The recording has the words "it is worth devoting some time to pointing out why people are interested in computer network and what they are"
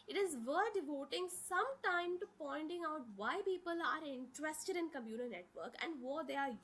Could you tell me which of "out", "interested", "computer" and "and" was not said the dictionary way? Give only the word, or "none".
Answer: computer